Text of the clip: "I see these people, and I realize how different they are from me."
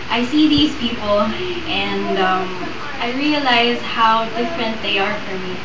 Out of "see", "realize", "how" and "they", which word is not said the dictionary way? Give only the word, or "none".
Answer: none